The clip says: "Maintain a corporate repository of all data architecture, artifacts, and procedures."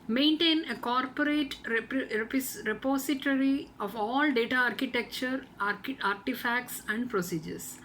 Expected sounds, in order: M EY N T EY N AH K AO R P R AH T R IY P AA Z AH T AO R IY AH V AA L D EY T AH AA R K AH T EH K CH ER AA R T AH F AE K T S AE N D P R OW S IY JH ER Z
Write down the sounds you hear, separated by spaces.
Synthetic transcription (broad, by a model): M EY N T EY N AH K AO R P R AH T R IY P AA S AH T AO R IY AH V AA L D EY T AH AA R K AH T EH K CH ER AA R T AH F AE K T S AE N D P R OW S IY JH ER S